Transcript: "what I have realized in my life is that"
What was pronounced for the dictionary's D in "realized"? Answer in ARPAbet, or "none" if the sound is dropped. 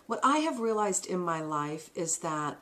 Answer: D